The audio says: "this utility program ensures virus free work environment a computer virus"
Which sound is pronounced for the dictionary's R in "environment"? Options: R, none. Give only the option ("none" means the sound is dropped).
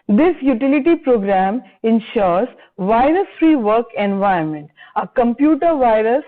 none